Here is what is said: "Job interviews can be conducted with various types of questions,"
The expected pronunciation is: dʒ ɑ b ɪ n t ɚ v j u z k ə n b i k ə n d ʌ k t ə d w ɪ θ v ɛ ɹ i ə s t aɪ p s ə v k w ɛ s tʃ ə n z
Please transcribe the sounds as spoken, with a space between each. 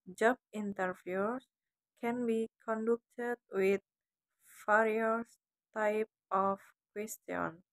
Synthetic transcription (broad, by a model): dʒ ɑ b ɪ n t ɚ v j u s k ə n b i k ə n d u k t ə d w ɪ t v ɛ ɹ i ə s t aɪ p ə f k w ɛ s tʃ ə n